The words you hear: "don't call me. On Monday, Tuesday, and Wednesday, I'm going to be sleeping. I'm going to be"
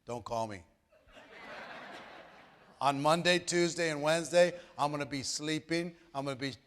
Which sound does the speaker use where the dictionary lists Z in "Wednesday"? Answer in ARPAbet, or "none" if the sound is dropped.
Z